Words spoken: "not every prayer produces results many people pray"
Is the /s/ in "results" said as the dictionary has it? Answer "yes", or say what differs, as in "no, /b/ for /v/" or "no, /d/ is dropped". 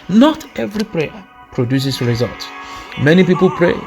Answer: no, /s/ is dropped